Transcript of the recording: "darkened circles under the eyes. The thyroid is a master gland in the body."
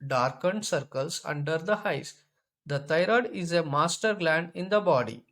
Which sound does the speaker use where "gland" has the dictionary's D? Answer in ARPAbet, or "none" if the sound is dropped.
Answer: D